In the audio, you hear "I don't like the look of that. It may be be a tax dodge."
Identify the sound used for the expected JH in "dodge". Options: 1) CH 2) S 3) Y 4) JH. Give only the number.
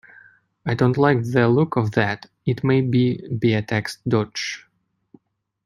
1